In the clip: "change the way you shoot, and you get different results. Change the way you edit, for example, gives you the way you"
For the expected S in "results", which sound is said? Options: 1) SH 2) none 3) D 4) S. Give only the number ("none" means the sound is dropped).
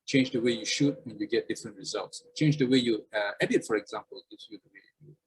4